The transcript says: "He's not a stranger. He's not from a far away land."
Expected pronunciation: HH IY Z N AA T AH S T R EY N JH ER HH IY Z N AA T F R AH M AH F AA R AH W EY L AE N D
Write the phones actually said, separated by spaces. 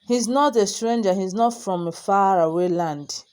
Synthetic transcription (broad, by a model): HH IY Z N AA T AH S T R EY N JH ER HH IY Z N AA T F R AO M AH F AA R AH W EY L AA N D